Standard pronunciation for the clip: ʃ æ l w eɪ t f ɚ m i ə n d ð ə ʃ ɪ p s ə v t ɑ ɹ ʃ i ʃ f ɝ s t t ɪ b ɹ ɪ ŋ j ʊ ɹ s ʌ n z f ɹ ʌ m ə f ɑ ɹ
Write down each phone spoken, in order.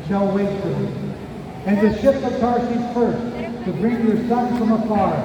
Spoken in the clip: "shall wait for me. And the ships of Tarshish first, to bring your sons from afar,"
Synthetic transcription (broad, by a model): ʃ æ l w eɪ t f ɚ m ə n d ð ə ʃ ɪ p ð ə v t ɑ ɹ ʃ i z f ɝ s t t ɪ b ɹ ɪ ŋ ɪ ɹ s ʌ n f ɹ ʌ m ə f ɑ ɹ